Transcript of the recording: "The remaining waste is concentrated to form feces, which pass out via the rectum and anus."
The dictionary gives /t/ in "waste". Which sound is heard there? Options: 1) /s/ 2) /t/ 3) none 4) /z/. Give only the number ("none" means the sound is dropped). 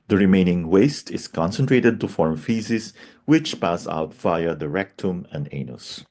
2